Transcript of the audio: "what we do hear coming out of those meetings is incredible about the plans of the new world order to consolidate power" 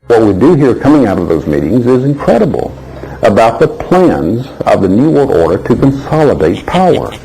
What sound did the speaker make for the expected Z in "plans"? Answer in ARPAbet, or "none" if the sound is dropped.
Z